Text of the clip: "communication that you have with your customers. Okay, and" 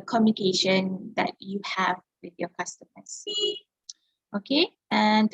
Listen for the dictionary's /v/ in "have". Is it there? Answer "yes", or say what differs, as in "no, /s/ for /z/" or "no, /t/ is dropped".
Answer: yes